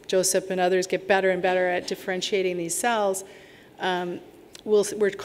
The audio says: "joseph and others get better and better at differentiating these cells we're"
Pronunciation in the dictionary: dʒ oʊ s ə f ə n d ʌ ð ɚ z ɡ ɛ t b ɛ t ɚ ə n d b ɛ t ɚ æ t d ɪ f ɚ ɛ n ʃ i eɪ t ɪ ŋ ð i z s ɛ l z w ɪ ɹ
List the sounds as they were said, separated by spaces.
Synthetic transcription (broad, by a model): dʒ oʊ s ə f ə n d ʌ ð ɚ z ɡ ɛ t b ɛ t ɚ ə n b ɛ t ɚ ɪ t d ɪ f ɚ ɛ n ʃ i eɪ t ɪ ŋ ð i z s ɛ l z w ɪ ɹ